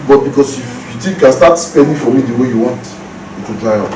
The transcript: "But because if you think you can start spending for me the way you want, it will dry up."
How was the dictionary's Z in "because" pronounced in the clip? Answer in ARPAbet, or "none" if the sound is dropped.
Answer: S